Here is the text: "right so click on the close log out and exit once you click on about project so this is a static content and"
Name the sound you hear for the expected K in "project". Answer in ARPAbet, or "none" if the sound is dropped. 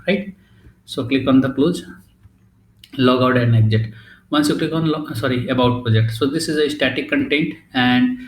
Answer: K